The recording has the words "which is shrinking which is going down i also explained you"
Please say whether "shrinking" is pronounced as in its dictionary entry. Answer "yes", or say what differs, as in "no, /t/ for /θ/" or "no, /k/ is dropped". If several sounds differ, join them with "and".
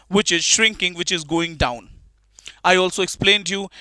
yes